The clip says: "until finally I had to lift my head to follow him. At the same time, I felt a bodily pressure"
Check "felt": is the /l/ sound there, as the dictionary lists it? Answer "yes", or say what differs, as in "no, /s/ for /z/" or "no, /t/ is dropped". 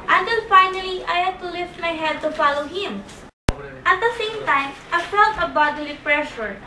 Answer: no, /l/ is dropped